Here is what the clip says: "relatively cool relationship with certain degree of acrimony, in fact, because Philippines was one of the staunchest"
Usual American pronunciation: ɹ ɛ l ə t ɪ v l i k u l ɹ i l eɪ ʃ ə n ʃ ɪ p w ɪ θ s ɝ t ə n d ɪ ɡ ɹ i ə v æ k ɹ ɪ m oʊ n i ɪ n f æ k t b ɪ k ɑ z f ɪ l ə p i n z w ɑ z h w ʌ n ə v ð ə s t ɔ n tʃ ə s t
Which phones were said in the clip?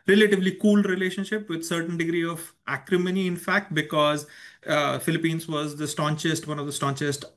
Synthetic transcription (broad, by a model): ɹ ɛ l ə t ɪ v l i k u l ɹ i l eɪ ʃ ə n ʃ ɪ p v ɪ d s ɝ t ə n d ɪ ɡ ɹ i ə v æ k ɹ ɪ m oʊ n i ɪ n f æ k t b ɪ k ɑ z f ɪ l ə p i n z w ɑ z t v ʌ n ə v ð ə s t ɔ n tʃ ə s t